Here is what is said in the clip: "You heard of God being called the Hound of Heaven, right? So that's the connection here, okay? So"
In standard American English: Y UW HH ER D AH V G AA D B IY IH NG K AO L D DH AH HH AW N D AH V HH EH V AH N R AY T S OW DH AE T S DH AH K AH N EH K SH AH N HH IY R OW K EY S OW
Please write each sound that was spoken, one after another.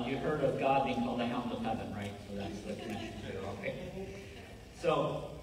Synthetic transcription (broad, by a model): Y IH HH ER D AH V G AA D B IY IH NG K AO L DH AH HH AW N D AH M HH EH V AH N R AY T S OW DH AE T S DH AH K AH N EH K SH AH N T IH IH OW K EY S OW